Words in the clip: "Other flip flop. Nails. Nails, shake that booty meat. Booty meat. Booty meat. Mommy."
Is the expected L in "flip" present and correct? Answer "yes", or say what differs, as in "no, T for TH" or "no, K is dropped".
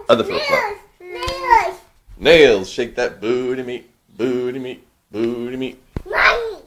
no, L is dropped